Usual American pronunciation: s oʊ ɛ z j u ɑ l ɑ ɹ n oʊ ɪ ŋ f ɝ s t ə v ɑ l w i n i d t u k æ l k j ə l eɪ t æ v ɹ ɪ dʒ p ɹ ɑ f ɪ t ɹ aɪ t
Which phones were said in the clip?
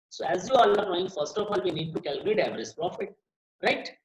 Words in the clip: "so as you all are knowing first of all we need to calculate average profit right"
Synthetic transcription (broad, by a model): s oʊ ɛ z j u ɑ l ɑ ɹ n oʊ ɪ ŋ f ɝ s t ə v ɑ l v i n i d t u k æ l k j ə l eɪ t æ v ɹ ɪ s p ɹ ɑ f ɪ t ɹ aɪ t